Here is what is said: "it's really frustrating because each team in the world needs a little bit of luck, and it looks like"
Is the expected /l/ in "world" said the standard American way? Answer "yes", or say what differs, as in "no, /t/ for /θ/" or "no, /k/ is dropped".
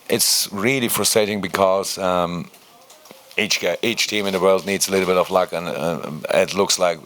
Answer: yes